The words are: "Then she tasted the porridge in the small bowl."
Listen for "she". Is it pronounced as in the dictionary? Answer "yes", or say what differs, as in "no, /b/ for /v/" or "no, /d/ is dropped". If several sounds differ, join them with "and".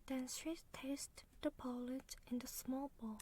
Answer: no, /s/ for /ʃ/